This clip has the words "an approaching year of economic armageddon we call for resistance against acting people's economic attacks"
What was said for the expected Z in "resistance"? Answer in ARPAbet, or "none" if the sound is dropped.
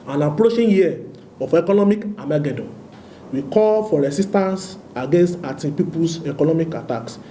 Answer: S